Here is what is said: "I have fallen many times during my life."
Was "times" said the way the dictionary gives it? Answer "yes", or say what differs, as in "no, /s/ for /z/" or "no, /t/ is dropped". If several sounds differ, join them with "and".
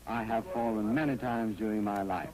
yes